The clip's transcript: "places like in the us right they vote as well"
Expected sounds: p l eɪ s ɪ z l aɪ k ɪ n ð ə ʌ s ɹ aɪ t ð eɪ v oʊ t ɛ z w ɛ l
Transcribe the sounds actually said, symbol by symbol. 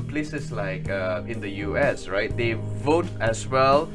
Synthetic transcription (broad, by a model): p l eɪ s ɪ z l aɪ k ɪ n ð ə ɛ s ɹ aɪ t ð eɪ v oʊ t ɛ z w ɛ l